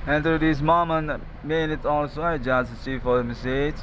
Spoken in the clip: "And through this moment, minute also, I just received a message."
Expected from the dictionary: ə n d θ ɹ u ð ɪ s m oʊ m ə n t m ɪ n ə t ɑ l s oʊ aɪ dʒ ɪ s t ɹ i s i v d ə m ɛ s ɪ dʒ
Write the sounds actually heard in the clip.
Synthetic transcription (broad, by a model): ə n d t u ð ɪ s m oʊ m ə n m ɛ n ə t ɑ l s oʊ aɪ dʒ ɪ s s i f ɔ d ə m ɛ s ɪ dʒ